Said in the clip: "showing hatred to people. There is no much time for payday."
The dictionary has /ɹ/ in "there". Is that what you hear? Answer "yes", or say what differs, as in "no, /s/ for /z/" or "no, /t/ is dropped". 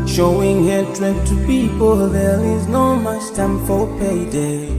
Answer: no, /l/ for /ɹ/